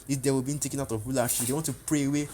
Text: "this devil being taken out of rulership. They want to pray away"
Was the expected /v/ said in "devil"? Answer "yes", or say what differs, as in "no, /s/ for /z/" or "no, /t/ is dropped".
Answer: no, /w/ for /v/